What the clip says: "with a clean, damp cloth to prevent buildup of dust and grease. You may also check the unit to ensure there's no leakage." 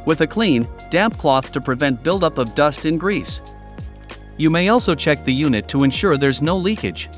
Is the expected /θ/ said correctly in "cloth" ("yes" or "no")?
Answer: yes